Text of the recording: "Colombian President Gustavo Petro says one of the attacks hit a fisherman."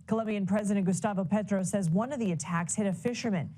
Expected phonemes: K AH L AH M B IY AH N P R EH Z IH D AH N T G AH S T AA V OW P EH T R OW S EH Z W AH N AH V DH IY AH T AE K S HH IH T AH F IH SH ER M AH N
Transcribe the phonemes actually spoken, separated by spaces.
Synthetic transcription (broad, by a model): K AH L AH M B IY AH N P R EH Z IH D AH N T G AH S T AA V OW P EH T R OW S EH Z W AH N AH V DH IY AH T AE K S HH IH T AH F IH SH ER M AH N